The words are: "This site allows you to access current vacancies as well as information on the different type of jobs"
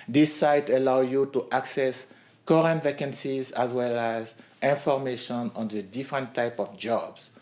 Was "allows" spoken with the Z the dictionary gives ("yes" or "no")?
no